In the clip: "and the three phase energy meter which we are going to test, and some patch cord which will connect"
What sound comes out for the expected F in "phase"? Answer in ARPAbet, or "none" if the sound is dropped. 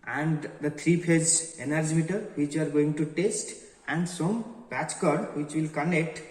P